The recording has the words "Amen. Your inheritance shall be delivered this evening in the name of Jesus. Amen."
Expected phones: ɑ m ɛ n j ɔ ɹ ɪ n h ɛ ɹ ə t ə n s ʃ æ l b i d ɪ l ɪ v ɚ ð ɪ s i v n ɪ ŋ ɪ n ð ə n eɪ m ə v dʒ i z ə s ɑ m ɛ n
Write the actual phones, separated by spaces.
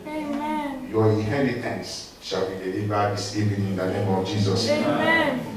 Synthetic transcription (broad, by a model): j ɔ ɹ ɪ n h ɛ ɹ ə t ə n s ʃ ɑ l b i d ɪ l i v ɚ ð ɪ s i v ɪ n ɪ n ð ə n eɪ m ə v dʒ i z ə s